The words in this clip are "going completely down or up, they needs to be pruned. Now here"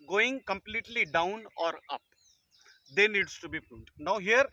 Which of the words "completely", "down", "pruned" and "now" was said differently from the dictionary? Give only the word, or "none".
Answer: pruned